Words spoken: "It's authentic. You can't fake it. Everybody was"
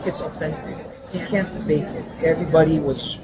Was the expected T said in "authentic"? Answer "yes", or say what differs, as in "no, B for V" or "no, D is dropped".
no, S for T